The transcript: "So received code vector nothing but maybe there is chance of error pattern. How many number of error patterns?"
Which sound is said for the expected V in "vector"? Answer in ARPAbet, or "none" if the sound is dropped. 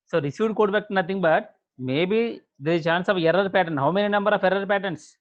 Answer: B